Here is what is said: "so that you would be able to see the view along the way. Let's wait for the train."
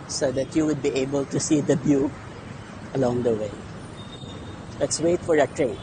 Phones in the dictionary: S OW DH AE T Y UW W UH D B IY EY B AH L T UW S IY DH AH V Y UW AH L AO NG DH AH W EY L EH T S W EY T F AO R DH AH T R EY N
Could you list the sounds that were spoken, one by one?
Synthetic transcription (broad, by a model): S OW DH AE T Y UW W UH D B IY EY B AH L T UW S IY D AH B Y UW AH L AO NG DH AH W EY L EH T S W EY T F AO R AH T R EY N